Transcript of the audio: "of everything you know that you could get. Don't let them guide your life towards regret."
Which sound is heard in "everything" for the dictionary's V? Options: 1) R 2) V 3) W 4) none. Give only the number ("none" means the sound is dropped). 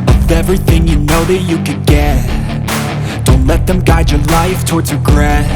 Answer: 2